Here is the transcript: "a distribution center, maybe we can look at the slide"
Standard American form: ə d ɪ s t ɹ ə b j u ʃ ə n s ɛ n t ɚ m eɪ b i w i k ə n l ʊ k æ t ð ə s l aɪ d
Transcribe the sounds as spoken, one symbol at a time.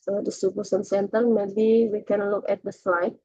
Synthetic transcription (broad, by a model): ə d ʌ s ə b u s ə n s ɛ n t ɚ m eɪ b i w i k ə n l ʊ k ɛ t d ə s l aɪ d